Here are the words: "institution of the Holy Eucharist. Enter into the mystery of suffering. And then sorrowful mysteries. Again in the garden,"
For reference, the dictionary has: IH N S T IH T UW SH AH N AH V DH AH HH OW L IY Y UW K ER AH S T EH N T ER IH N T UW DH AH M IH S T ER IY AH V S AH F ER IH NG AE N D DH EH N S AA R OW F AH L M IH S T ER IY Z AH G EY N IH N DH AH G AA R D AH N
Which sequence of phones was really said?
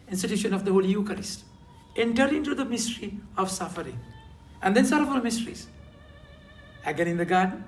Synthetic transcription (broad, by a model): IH N S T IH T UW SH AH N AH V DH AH HH OW L IY Y UW K ER AH S T EH N T ER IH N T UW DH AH M IH S T ER IY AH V S AH F ER IH NG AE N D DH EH N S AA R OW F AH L M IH S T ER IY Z AH G EY N IH N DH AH G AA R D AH N